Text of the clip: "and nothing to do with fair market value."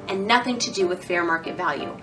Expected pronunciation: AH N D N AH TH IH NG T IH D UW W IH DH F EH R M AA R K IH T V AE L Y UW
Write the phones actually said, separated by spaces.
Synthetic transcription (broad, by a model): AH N N AH TH IH NG T IH D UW W IH DH F EH R M AA R K IH T V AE L Y UW